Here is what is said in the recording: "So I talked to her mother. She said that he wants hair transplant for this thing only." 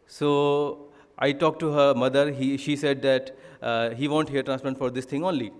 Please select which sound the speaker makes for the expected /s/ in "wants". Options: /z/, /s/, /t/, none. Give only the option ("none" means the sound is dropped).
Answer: none